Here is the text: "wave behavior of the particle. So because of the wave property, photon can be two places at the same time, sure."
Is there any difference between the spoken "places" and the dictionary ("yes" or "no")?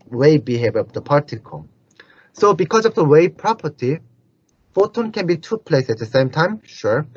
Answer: yes